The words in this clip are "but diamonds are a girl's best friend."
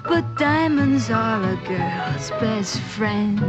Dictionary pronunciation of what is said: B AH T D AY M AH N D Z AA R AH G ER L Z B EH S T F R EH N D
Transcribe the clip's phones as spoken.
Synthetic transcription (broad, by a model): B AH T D AY M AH N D Z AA L AH G ER L Z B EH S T F R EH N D